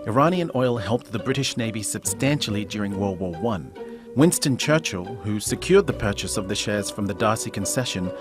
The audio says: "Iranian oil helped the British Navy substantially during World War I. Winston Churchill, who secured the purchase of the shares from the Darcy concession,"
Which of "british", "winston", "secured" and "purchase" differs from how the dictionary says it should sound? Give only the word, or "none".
none